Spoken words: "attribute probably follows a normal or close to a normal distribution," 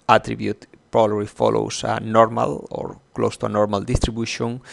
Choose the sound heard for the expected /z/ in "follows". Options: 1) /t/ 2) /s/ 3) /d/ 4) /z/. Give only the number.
2